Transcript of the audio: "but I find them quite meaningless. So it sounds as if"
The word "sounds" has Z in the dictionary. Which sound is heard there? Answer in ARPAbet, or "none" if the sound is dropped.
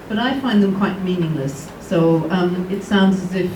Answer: Z